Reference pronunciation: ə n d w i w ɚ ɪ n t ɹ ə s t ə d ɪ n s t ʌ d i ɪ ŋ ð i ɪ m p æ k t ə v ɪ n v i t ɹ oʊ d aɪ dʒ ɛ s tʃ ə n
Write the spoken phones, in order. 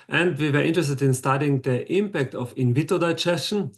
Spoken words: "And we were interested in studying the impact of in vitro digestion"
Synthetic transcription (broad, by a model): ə n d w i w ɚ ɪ n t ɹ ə s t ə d ɪ n s t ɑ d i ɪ ŋ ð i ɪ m p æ k t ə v ɪ n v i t oʊ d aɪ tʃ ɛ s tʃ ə n